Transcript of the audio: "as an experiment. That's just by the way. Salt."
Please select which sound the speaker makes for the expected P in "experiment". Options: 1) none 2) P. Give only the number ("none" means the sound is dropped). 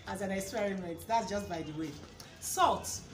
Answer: 1